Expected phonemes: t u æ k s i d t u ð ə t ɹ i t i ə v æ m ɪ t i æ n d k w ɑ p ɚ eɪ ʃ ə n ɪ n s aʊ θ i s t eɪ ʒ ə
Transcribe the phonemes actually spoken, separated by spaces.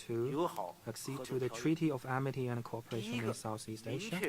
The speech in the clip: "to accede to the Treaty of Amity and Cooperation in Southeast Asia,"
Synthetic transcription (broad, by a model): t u æ k s i d t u ð ə t ɹ i t i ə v æ m ɪ t i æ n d k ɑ p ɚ eɪ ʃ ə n ɪ n s aʊ θ i s t eɪ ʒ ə